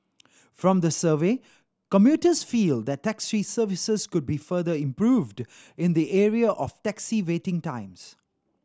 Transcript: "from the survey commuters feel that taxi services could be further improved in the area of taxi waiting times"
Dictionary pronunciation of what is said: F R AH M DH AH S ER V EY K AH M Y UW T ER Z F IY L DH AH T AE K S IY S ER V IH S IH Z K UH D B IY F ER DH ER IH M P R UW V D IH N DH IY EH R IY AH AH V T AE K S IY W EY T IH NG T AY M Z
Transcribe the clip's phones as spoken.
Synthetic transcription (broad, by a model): F R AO M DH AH S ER V EY K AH M Y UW T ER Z F IY L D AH T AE K S IY S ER V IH S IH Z K UH D B IY F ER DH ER IH M P R UW V D IH N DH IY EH R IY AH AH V T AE K S IY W EY T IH NG T AY M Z